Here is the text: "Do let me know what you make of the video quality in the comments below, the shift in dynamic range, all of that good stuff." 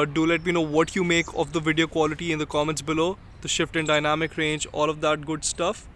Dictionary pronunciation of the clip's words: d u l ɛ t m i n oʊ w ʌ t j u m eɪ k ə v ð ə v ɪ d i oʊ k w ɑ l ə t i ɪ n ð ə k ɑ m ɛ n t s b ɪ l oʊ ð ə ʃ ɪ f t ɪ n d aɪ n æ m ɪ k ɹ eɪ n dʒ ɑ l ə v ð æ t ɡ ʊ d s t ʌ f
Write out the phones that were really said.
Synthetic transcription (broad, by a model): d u l ɛ t m i n oʊ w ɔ t j u m eɪ k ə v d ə v ɪ d i oʊ k w ɑ l ə t i ɪ n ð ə k ɑ m ɛ n t s b ɪ l oʊ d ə ʃ ɪ f t ɪ n d aɪ n æ m ɪ k ɹ eɪ n dʒ ɑ l ə v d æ t ɡ ʊ d s t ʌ f